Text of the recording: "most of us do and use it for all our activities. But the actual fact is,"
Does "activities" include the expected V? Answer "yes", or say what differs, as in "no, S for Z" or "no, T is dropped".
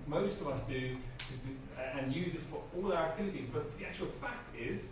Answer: yes